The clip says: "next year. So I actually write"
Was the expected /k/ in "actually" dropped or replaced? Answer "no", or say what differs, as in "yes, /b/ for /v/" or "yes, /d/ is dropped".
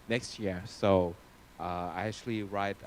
no